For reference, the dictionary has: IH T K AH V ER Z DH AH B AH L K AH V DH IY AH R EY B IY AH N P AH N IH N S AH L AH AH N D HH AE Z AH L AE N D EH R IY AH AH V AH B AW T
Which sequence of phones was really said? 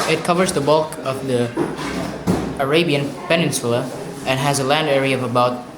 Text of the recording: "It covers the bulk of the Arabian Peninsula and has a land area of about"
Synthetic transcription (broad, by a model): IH T K AH V ER Z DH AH B AH L K AH V DH IY AH R EY B IY AH N P AH N IH N S AH L AH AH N HH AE Z AH L AE N D EH R IY AH AH V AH B AW T